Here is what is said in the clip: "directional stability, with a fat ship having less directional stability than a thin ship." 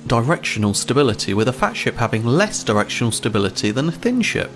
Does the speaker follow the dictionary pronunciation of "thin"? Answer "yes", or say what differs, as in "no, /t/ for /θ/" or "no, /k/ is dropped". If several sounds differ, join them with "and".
yes